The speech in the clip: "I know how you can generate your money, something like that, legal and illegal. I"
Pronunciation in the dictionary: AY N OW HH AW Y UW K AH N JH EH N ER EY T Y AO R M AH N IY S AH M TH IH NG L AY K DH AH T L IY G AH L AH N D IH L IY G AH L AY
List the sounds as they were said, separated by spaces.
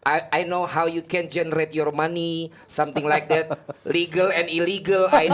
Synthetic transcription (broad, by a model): AY N OW HH AW Y UW K AH N JH EH N ER EY T Y AO R M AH N IY S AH M T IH NG L AY K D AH T L IY G AH L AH N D IH L IY G AH L AY